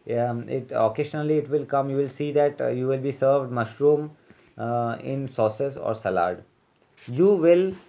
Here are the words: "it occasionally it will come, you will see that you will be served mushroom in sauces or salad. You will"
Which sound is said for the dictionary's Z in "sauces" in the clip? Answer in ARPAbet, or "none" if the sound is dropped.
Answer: S